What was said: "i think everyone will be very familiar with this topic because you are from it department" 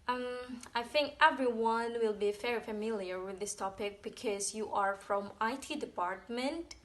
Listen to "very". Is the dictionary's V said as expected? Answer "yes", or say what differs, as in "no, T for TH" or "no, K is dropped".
no, F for V